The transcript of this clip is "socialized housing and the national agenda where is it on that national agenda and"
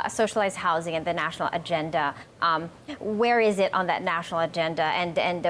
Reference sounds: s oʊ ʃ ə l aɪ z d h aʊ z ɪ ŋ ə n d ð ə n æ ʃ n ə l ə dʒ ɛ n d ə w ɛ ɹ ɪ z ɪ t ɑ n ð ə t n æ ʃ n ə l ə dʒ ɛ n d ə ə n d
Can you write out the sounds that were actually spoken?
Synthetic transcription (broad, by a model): s oʊ ʃ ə l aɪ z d h aʊ z ɪ ŋ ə n ð ə n æ ʃ n l ə dʒ ɛ n d ə w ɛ ɹ ɪ z ɪ t n ð ə t n æ ʃ n l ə dʒ ɛ n d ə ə n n